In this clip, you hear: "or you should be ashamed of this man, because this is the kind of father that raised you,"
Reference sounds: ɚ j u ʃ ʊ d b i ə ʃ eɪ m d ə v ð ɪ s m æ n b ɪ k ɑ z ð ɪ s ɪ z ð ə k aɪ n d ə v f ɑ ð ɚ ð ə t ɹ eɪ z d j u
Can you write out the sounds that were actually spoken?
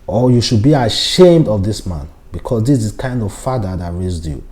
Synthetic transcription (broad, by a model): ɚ j u ʃ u d b i ə ʃ eɪ m d ə v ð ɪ s m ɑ n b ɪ k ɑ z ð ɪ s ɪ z k aɪ n d ə v f ɑ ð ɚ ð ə t ɹ eɪ z d j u